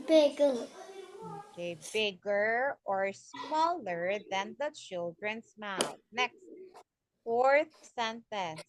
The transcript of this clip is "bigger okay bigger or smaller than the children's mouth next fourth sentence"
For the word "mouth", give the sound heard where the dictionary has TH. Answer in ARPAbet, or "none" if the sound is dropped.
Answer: T